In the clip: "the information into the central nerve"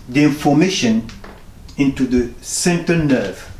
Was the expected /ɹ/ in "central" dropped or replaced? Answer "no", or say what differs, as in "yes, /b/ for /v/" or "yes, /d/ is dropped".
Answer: yes, /ɹ/ is dropped